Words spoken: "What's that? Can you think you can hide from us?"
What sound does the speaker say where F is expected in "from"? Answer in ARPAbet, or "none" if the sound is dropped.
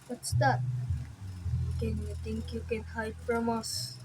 P